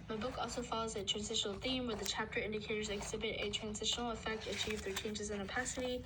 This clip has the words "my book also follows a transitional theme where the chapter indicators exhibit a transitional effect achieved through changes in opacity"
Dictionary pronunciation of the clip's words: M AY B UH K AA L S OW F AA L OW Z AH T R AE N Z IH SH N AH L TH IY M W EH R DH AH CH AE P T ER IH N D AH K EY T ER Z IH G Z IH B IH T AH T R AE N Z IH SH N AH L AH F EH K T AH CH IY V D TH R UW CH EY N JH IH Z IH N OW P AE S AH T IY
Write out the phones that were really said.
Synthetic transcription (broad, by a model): M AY B UH K AA L S OW F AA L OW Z AH T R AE N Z IH SH N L TH IY M W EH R DH AH CH AE P T ER IH N D AH K EY T ER Z IH G Z IH B IH T AH T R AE N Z IH SH N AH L AH F EH K T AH CH IY V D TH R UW CH EY N JH IH Z IH N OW P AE S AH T IY